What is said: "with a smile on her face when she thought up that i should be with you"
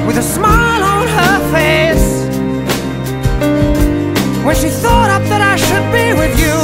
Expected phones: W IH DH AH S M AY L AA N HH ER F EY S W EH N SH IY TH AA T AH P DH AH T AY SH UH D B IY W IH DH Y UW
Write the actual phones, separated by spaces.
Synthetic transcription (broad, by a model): W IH DH AH S M AY L N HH ER F EY S W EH N SH IY TH AA T AH P DH AH T AY SH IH D B IY W IH DH Y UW